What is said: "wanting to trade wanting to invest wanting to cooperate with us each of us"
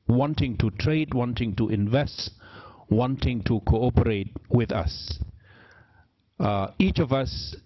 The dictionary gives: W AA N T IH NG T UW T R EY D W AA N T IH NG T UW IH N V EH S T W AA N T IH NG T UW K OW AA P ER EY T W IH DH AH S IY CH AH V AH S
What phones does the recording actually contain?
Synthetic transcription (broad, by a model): W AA N T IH NG T UW T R EY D W AA N T IH NG T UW IH N V EH S T W AA N T IH NG T UW K OW AA P ER EY T W IH DH AH S IY CH AH V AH S